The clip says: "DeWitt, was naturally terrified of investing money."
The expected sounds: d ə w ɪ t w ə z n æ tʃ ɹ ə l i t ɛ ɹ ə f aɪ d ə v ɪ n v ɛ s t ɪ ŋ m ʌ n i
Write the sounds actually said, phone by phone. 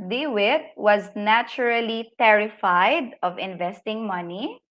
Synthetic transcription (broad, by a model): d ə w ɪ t w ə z n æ tʃ ɹ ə l i t ɛ ɹ ə f aɪ d ə v ɪ n v ɛ s t ɪ ŋ m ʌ n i